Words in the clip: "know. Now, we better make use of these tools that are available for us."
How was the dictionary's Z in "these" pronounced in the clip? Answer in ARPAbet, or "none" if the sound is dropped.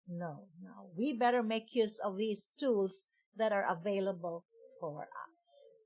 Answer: S